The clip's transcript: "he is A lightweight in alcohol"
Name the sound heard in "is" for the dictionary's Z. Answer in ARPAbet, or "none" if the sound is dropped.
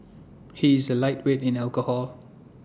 Z